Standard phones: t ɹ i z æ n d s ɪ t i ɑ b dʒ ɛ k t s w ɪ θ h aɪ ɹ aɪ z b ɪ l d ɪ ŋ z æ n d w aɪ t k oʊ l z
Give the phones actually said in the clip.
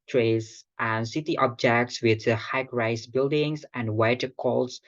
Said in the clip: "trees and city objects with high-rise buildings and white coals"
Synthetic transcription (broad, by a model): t ɹ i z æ n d s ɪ t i ɑ b dʒ ɛ k t s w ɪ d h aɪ ɹ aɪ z b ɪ l d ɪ ŋ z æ n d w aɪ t k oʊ l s